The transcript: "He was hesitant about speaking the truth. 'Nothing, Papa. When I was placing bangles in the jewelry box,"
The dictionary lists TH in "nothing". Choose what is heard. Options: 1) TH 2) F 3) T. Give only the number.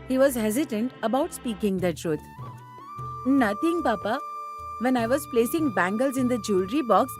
3